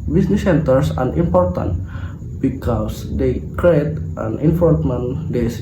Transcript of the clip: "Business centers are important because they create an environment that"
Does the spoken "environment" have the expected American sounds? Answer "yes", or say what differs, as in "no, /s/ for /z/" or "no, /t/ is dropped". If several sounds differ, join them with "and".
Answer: no, /f/ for /v/